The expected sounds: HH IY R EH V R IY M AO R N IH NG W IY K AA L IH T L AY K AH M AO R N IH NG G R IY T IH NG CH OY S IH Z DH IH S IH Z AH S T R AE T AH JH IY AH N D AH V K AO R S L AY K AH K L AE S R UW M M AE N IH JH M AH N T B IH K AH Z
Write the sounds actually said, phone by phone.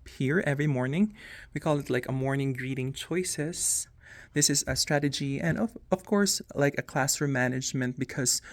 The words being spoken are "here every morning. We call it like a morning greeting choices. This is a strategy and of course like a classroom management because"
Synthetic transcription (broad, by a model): HH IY R EH V R IY M AO R N IH NG W IY K AA L IH T L AY K AH M AO R N IH NG G R IY T IH NG CH OY S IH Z DH IH S IH Z AH S T R AE T AH JH IY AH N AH AH V K AO R S L AY K AH K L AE S AH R M AE N IH JH M AH N T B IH K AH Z